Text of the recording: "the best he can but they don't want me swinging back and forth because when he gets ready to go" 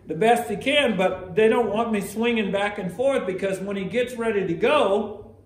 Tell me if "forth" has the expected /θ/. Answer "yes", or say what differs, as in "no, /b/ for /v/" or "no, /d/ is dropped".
yes